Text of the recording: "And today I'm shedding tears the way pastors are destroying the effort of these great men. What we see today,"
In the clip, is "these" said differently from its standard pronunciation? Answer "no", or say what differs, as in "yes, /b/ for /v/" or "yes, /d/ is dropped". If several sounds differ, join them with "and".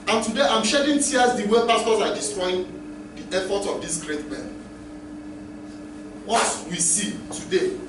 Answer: yes, /s/ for /z/